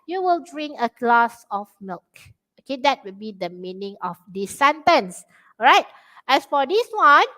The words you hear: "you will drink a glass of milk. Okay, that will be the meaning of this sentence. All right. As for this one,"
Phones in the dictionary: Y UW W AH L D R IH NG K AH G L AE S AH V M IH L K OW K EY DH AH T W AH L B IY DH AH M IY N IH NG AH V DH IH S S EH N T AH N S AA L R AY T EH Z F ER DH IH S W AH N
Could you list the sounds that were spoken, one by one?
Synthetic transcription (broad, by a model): Y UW W AH L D R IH NG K AH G L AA S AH F M IH L K OW K EY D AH T W AH L B IY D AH M IY N IH NG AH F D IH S S EH N T AH N S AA R AY T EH S F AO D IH S W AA N